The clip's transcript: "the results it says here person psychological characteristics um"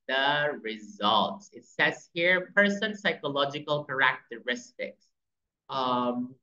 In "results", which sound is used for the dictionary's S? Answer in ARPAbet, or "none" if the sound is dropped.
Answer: S